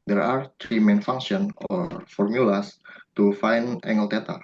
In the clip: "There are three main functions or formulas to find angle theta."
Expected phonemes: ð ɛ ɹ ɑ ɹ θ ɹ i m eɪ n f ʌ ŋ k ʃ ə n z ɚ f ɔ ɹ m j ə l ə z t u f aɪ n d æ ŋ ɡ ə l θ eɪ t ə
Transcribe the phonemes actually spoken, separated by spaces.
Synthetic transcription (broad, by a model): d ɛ ɹ ɑ ɹ t ɹ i m eɪ n f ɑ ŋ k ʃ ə n ɔ f ɔ ɹ m j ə l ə s t u f aɪ n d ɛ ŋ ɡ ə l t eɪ t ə